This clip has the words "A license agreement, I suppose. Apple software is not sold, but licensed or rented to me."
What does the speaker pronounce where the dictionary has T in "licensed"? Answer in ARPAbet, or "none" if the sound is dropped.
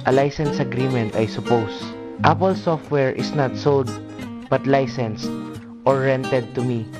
T